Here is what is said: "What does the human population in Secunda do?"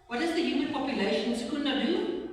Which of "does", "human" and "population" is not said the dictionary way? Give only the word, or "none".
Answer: population